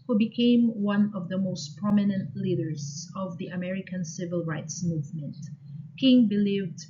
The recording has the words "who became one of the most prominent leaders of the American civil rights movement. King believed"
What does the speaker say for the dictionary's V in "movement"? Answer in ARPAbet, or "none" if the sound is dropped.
V